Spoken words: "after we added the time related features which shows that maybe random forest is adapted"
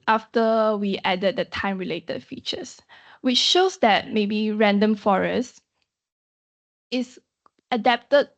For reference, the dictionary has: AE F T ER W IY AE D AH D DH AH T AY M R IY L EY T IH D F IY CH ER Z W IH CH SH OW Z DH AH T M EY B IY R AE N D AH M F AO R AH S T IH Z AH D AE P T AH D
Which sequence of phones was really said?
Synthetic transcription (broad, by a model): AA F T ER W IY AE D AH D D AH T AY M R IY L EY T IH D F IY CH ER S W IH CH SH OW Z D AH T M EY B IY R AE N D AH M F AO R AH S IH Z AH D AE P T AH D